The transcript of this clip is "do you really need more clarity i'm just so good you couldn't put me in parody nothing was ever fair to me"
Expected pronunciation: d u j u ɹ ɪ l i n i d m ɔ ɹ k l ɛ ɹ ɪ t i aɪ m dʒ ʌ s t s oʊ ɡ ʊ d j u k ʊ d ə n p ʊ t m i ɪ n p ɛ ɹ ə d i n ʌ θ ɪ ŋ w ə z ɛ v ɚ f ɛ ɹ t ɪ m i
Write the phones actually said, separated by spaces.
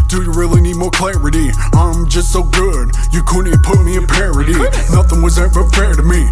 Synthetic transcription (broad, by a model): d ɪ j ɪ ɹ ɪ l i n i d m ɔ ɹ k l ɛ ɹ ɪ t i aɪ m dʒ ʌ s t s oʊ ɡ ʊ d j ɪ k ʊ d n p ʊ t m i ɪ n p ɛ ɹ ə d i n ʌ θ ɪ ŋ w ə z ɛ v ɚ f ɛ ɹ t ɪ m i